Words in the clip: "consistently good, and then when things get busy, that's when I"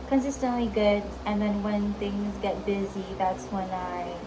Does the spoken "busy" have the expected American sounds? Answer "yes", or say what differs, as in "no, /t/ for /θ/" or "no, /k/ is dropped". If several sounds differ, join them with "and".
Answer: yes